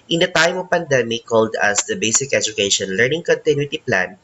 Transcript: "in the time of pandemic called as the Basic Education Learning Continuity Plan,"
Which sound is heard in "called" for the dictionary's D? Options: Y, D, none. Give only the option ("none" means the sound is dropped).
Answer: D